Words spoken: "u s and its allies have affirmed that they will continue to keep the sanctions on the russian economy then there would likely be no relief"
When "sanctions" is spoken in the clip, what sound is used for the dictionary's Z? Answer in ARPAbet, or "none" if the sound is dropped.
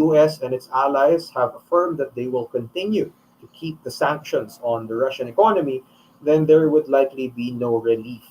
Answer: S